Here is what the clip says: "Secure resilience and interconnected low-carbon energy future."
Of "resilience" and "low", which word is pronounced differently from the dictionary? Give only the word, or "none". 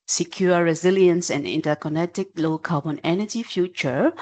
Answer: none